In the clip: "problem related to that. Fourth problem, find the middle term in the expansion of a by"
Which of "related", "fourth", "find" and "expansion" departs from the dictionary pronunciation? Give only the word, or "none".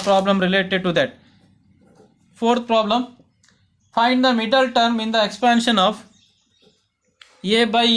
fourth